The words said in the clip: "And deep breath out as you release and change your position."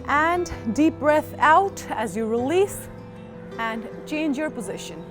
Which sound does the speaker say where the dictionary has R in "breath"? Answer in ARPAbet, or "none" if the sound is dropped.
R